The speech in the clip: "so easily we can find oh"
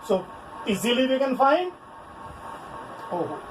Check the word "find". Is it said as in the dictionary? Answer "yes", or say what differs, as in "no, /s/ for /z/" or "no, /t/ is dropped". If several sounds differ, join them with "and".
no, /d/ is dropped